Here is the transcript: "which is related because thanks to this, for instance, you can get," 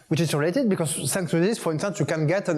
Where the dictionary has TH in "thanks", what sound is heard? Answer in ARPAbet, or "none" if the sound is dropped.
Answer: S